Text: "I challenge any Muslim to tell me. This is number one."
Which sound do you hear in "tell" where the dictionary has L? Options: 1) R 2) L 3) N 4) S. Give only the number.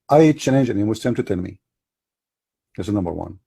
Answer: 3